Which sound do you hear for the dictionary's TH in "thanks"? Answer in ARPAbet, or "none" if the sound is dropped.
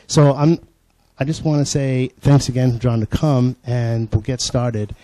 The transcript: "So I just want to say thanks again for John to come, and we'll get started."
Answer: TH